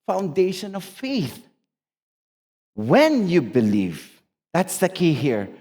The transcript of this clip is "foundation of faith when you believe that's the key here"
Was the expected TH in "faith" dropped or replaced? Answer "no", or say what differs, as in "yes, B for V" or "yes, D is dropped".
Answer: no